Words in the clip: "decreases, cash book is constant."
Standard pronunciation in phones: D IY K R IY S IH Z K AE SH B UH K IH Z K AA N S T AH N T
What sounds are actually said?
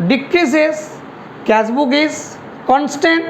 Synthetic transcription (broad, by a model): D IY K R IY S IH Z K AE S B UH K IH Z K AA N S T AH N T